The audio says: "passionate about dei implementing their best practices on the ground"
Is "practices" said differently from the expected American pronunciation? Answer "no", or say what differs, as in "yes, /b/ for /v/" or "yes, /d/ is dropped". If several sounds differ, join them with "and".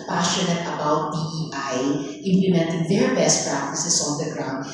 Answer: yes, /s/ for /z/